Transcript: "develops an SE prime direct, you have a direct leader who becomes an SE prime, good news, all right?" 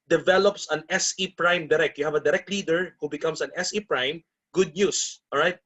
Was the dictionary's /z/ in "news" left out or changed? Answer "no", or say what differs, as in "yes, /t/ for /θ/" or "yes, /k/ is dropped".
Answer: yes, /s/ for /z/